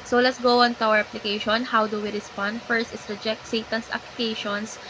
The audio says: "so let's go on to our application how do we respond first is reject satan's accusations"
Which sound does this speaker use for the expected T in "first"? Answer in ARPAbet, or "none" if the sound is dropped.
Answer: T